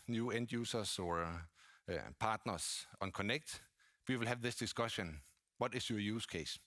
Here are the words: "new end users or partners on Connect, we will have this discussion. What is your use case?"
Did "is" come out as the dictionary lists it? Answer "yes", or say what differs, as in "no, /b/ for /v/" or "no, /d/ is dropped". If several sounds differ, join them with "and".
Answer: no, /s/ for /z/